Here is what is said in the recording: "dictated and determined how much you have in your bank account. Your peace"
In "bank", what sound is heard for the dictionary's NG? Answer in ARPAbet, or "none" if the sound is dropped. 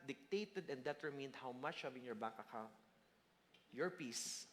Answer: none